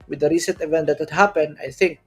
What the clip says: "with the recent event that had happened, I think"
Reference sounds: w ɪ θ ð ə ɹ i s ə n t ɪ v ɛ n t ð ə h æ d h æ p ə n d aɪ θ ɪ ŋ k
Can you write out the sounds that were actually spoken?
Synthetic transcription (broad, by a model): w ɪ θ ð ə ɹ i s ə n t ɪ v ɛ n t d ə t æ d h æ p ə n aɪ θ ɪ ŋ k